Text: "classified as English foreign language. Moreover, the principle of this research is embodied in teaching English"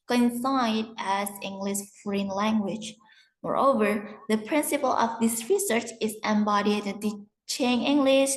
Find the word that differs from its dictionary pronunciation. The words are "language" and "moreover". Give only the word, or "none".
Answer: none